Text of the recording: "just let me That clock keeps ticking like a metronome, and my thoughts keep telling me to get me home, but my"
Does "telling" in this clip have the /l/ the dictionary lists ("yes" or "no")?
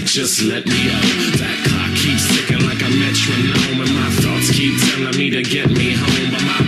no